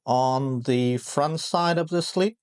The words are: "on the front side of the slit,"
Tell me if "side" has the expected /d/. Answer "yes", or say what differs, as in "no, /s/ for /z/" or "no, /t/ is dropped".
yes